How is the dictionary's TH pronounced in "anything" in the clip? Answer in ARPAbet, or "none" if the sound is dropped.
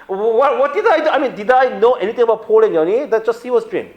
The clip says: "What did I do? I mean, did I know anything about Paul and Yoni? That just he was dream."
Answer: T